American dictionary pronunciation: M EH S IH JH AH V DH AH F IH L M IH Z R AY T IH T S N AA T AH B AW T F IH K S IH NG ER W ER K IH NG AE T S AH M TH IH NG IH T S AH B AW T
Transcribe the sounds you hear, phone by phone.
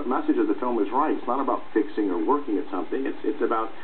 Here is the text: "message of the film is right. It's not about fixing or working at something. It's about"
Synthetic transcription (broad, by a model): M EH S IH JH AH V DH AH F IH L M IH Z R AY T IH T S N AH T AH B AW T F IH K S IH NG ER W ER K IH NG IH T S AH M TH IH NG IH T S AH B AW T